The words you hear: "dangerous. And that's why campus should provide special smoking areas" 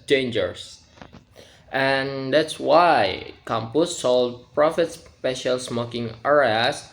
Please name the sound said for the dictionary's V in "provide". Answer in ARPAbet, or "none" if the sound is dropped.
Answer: F